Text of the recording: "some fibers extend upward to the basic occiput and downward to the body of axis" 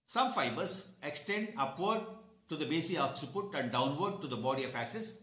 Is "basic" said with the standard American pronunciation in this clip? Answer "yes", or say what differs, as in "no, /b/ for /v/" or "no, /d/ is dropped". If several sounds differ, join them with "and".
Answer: no, /k/ is dropped